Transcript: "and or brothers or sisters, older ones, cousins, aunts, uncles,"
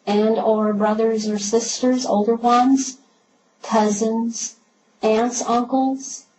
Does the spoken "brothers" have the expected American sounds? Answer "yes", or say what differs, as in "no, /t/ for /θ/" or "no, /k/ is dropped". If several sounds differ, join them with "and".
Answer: yes